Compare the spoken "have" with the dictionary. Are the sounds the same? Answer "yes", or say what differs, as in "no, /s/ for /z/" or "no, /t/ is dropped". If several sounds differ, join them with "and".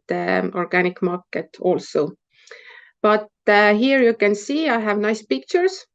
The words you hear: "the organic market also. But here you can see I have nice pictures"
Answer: yes